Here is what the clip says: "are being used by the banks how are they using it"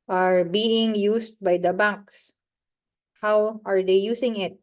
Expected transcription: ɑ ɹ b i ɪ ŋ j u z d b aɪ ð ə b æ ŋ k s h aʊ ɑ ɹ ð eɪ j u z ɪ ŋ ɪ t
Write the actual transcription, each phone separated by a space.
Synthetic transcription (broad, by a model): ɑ ɹ b i ɪ ŋ j u s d b aɪ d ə b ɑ k s h aʊ ɑ ɹ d eɪ j u s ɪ ŋ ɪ t